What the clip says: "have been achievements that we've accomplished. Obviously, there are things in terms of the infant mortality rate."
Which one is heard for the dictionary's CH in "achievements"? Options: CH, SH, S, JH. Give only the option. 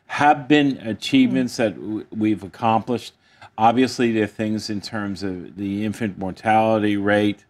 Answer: CH